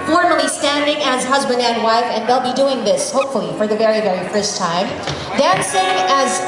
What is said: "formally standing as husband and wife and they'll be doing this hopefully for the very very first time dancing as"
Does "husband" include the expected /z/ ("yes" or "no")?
yes